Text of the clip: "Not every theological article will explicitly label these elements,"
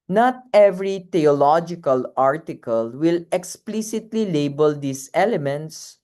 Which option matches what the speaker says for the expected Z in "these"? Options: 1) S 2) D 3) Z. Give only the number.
1